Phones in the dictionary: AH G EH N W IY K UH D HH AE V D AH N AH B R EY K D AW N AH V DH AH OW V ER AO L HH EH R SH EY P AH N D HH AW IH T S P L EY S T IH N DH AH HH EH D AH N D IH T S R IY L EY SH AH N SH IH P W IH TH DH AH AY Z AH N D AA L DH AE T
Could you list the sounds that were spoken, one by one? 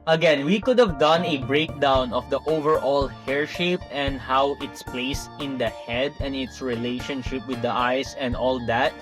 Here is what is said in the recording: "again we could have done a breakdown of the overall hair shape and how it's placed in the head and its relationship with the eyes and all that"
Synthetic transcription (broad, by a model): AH G EH N W IY K UH D HH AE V D AH N AH B R EY K D AW N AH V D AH OW V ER AO L HH EH R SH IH P AH N D HH AW IH T S P L EY S T IH N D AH HH EH D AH N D IH T S R IY L EY SH AH N SH IH P W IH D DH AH AY S AH N D AA L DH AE T